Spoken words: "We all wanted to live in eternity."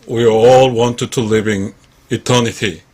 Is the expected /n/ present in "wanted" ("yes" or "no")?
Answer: yes